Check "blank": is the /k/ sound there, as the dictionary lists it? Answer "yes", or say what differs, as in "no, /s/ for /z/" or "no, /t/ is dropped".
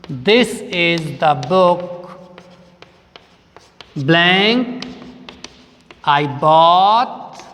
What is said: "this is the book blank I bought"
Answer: yes